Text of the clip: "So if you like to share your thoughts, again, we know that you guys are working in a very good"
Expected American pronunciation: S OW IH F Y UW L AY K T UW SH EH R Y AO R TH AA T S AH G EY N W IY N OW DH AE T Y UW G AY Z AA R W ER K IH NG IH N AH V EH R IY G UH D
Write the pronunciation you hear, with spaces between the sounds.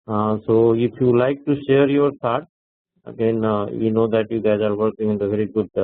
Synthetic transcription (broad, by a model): S OW IH F Y UW L AY K T UW SH EH R Y AO R T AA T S AH G EY N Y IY N OW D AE T Y UW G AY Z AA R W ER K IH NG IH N AH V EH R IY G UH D